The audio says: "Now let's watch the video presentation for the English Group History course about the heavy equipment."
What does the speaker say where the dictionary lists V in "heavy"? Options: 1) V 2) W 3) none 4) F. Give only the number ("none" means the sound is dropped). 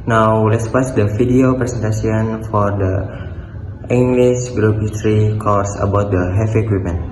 4